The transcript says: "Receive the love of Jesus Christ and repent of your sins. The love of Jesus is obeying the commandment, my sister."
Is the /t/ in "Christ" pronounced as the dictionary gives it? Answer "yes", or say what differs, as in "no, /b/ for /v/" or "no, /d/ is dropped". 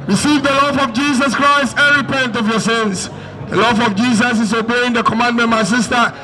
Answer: yes